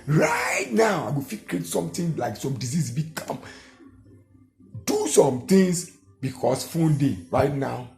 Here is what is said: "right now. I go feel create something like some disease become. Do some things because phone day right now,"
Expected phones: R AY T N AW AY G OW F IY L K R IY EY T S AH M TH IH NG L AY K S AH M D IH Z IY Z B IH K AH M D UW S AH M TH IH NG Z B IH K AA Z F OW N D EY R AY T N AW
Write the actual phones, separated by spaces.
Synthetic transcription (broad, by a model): R AY T N AW AY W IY F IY K R IY EY T S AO M T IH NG L AY K S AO M D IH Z IY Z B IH K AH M D UW S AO M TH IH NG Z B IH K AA S F OW N D EY R AY T N AW